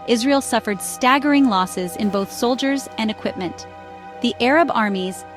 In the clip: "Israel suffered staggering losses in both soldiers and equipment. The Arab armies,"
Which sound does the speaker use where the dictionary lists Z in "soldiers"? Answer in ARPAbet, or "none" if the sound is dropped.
Z